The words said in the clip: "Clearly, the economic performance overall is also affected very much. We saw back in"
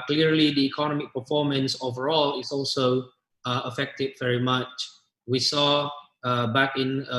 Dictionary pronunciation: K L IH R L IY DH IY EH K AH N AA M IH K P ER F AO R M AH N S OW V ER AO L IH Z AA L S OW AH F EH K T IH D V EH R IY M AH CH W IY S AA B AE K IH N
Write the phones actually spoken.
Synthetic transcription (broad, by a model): K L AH R L IY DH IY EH K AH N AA M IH K P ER F AO M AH N S OW V ER AO L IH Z AA L S OW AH F EH K T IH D V EH R IY M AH CH W IY S AA B AE K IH N